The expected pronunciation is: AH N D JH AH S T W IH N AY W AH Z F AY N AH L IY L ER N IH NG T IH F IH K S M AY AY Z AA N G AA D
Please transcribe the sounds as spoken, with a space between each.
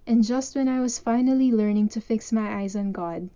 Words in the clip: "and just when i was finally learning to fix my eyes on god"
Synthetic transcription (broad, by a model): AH N JH AH S T W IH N AY W AH Z F AY N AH L IY L ER N IH NG T IH F IH K S M AY AY Z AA N G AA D